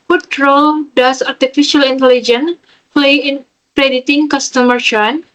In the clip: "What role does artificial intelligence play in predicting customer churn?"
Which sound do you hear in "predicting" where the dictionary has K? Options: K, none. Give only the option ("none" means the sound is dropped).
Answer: none